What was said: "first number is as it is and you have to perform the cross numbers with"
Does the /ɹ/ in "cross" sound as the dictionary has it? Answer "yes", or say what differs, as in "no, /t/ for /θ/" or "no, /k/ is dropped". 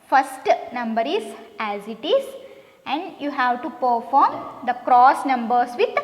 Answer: yes